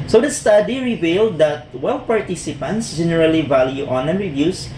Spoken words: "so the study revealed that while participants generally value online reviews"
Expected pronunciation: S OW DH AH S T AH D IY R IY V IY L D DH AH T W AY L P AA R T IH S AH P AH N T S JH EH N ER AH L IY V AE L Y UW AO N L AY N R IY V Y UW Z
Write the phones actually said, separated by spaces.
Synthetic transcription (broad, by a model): S OW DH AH S T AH D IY R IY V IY L D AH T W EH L P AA R T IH S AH P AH N T S JH EH N ER AH L IY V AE L Y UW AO N AY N R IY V Y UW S